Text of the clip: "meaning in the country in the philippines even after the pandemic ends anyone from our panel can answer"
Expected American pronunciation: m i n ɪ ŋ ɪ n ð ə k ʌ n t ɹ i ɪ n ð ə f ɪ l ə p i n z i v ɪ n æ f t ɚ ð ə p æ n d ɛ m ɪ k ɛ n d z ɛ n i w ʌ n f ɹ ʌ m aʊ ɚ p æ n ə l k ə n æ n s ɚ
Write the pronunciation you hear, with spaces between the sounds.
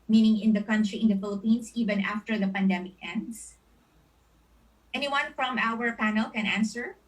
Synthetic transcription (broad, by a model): m i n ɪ ŋ ɪ n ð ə k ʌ n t ɹ i ɪ n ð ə f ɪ l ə p i n s i v ɪ n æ f t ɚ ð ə p æ n d ɛ m ɪ k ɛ n d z ɛ n i w ʌ n f ɹ ʌ m aʊ ɚ p æ n ə l k ə n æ n s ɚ